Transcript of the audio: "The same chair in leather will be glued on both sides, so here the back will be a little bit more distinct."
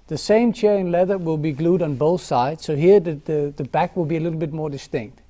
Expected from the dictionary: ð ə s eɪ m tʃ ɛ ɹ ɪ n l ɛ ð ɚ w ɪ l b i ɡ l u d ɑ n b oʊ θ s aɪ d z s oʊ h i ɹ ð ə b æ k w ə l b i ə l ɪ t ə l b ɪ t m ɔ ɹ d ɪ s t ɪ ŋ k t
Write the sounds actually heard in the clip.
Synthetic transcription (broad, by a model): ð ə s eɪ m tʃ ɛ ɹ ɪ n l ɛ ð ɚ w ɪ l b i ɡ l u d n b oʊ θ s aɪ d z s oʊ h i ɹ ð ə b æ k w ə l b i ə l ɪ t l b ɪ t m ɔ ɹ d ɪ s t ɪ ŋ k t